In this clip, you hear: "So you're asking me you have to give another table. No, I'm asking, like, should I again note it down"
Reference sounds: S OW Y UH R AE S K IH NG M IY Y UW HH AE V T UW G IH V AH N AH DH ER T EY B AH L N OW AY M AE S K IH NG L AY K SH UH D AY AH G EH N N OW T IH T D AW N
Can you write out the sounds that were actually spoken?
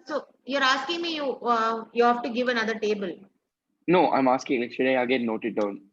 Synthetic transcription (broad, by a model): S OW Y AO R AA S K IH NG M IY Y UW HH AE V T UW G IH V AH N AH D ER T EY B AH L N OW AY M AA S K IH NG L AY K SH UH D AY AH G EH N N OW T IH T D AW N